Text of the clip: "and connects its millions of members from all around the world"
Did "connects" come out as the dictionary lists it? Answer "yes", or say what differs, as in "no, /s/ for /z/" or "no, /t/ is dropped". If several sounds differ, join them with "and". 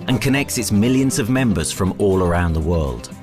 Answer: yes